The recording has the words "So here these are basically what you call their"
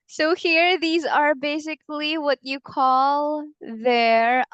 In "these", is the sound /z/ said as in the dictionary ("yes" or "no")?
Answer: yes